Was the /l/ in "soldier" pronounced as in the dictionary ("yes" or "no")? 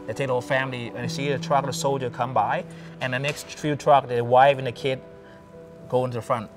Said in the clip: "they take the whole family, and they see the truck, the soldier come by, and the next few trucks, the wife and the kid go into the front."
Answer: yes